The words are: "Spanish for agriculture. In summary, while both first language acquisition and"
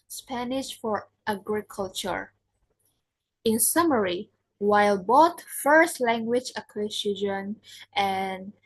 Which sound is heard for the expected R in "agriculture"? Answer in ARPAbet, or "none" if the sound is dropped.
R